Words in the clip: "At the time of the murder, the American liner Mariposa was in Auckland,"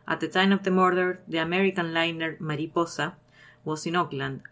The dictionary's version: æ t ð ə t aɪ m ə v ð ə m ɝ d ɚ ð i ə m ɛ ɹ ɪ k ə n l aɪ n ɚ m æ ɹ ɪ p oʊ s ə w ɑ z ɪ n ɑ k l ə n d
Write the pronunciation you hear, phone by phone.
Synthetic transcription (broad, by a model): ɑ t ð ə t aɪ m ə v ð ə m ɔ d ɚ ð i ə m ɛ ɹ ɪ k ə n l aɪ n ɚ m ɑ ɹ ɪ p oʊ s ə w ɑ s ɪ n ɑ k l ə n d